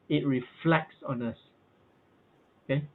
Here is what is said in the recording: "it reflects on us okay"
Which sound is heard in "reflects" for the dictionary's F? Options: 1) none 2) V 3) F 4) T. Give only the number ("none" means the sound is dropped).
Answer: 3